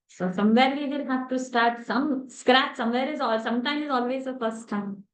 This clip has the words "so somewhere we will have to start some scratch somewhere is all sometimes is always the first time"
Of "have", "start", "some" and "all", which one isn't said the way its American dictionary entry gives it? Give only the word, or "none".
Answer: have